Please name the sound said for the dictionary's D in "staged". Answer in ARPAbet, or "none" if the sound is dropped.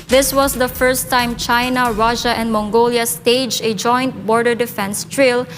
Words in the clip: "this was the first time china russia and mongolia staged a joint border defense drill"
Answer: none